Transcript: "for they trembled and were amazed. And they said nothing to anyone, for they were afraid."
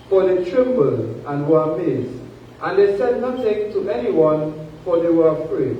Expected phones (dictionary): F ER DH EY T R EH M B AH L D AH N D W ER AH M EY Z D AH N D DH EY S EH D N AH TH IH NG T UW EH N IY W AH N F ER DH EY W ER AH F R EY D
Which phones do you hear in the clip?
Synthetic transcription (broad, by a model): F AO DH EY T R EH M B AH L AH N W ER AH M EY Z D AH N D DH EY S EH D N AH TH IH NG T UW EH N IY W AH N F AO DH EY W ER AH F R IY